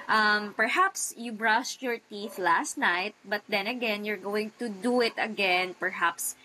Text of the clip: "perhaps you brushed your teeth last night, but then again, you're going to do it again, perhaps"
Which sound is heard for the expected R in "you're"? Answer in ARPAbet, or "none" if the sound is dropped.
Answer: R